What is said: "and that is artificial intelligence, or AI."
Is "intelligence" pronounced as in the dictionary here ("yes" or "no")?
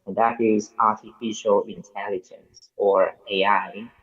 yes